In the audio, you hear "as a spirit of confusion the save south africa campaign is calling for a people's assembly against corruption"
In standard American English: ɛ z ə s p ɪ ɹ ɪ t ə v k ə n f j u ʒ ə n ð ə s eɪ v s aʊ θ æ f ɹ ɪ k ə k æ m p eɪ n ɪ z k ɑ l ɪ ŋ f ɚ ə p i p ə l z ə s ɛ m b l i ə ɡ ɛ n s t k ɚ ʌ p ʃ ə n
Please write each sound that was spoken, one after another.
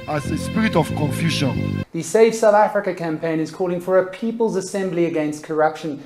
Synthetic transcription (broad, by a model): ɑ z ə s p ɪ ɹ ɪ t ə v k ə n f j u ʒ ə n ð ə s eɪ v s aʊ θ æ f ɹ ɪ k ə k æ m p eɪ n ɪ z k ɑ l ɪ ŋ f ɚ ə p i p ə l z ə s ɛ m b l i ə ɡ ɛ n s t k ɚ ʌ p ʃ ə n